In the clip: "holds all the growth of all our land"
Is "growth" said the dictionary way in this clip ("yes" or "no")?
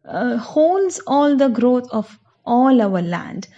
no